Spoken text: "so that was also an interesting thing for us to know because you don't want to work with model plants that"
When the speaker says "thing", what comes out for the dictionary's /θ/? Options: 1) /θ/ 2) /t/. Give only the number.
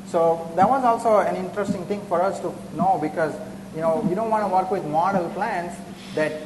2